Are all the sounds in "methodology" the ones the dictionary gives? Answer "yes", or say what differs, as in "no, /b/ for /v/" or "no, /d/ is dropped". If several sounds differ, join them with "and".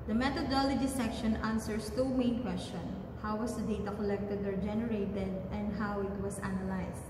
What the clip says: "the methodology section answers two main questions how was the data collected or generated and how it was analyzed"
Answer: no, /t/ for /θ/